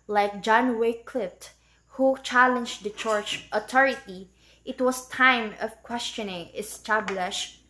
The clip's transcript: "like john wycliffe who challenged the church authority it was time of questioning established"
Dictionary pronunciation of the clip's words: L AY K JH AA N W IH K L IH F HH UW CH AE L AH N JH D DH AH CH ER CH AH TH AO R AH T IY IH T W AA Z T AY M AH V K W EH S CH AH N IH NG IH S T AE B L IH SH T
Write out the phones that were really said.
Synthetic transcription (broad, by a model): L AY K JH AA N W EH K L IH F HH UW CH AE L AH N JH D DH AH CH ER CH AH T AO R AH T IY IH T W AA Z T AY M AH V K W EH S CH AH N IH NG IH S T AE B L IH SH